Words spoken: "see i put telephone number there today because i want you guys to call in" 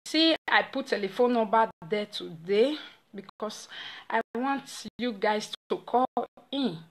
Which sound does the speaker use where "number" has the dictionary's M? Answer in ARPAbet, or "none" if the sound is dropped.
none